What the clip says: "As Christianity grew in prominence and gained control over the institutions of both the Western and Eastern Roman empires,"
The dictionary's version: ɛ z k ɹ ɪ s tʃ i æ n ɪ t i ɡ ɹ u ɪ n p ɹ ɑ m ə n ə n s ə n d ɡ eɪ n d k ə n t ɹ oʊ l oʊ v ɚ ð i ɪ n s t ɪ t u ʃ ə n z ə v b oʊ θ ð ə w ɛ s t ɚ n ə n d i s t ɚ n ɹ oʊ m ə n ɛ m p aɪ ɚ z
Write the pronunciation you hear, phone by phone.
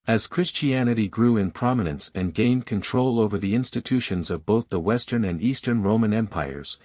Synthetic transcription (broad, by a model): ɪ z k ɹ ɪ s tʃ i æ n ɪ t i ɡ ɹ u ɪ n p ɹ ɑ m ə n ə n s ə n ɡ eɪ n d k ə n t ɹ oʊ l oʊ v ɚ ð i ɪ n s t ɪ t u ʃ ə n z ə v b oʊ θ ð ə w ɛ s t ɚ n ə n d i s t ɚ n ɹ oʊ m ə n ɛ m p aɪ ɚ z